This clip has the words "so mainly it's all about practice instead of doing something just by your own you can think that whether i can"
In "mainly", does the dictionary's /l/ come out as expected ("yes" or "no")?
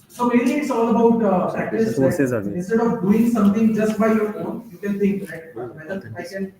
no